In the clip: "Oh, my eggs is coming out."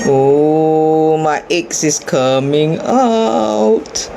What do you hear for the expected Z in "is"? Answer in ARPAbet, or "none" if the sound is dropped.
S